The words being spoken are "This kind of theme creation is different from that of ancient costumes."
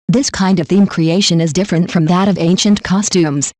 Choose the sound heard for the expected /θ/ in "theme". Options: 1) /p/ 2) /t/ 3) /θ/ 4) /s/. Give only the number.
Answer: 3